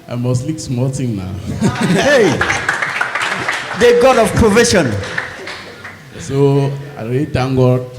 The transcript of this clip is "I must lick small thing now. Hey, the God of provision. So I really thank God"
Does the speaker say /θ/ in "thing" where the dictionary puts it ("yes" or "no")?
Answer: no